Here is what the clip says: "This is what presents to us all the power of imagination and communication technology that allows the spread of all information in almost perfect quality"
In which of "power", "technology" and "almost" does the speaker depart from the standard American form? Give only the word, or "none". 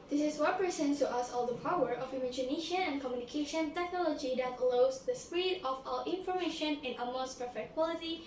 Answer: almost